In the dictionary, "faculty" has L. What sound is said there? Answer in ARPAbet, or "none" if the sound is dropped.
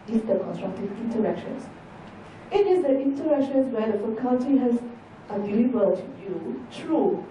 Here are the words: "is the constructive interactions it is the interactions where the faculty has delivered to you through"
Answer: N